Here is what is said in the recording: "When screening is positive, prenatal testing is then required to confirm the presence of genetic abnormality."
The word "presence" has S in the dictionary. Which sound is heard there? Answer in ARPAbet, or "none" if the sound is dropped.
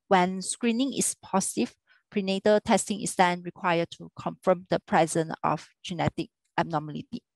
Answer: none